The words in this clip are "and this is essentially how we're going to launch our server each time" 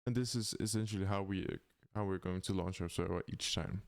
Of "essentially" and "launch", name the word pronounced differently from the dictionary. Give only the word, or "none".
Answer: essentially